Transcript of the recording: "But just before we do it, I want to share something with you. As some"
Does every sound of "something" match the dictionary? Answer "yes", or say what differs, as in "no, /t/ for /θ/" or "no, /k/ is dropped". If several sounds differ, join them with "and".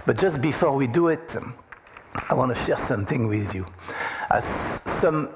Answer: yes